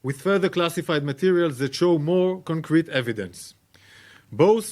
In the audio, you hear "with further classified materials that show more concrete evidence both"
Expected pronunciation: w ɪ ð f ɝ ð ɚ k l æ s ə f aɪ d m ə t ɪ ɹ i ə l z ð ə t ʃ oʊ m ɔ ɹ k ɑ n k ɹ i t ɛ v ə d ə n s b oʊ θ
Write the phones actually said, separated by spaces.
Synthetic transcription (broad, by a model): w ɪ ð f ɝ ð ɚ k l æ s ə f aɪ d m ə t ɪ ɹ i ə l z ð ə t ʃ oʊ m ɔ ɹ k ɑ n k ɹ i t ɛ v ə d ə n s b oʊ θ